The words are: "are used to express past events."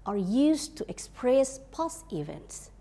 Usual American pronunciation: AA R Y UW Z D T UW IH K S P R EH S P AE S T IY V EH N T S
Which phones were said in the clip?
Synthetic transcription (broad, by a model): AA R Y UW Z T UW IH K S P R EH S P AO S IY V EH N T S